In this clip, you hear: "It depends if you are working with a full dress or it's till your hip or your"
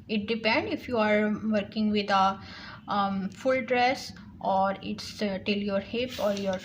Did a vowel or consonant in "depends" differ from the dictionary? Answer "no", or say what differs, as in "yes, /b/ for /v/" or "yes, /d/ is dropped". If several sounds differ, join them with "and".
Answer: yes, /z/ is dropped